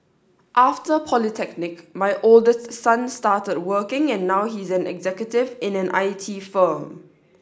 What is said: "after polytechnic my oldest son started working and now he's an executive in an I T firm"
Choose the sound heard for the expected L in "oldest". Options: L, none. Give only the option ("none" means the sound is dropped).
L